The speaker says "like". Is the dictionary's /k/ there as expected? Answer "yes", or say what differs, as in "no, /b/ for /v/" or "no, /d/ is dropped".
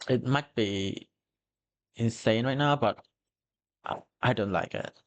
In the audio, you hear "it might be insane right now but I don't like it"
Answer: yes